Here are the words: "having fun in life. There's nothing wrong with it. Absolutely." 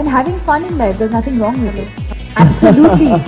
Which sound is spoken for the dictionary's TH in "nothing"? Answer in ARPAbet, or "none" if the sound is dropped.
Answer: T